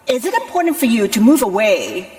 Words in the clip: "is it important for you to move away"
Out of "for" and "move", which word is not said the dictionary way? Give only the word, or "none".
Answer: none